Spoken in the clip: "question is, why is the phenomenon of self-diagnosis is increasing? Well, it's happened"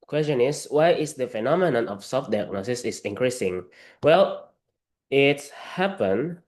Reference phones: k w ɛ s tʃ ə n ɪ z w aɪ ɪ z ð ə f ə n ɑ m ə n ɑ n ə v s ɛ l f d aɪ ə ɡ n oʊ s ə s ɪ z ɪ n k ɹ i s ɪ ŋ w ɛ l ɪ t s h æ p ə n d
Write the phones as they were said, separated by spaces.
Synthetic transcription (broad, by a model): k w ɛ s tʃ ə n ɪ s w aɪ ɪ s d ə f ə n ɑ m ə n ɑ n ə f s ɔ f d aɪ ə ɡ n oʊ s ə s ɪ s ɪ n k ɹ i s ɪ ŋ w ɛ l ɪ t h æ p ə n